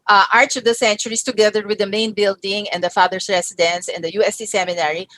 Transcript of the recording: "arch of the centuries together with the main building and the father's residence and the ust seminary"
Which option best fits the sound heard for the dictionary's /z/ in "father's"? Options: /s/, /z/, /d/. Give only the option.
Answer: /s/